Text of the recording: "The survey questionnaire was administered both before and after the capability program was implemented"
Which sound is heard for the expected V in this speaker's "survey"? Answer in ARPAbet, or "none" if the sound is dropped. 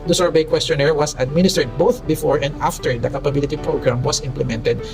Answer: B